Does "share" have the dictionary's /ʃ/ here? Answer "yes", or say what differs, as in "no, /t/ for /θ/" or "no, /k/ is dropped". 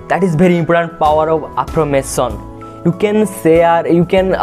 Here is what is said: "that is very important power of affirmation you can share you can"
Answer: no, /s/ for /ʃ/